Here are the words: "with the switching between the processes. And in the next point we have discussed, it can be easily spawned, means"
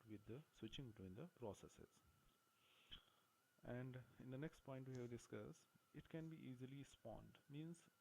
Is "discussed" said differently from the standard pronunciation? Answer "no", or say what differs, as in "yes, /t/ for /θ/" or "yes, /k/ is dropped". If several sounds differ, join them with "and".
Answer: yes, /t/ is dropped